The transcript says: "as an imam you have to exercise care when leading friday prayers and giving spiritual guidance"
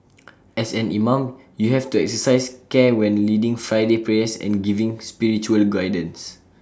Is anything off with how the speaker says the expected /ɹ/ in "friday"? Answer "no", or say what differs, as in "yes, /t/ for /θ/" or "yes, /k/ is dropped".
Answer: no